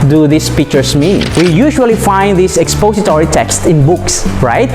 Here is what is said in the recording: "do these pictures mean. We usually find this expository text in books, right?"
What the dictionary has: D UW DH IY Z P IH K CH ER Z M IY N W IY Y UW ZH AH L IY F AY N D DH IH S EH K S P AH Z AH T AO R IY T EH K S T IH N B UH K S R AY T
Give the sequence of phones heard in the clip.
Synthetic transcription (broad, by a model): D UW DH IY S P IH K CH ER S M IY N W IY Y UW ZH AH L IY F AY N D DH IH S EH K S P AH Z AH T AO R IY T EH K S T IH N B UH K S R AY T